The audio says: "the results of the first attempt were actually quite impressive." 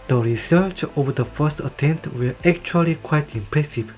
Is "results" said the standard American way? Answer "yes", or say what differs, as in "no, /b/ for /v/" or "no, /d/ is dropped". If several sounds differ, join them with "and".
no, /s/ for /z/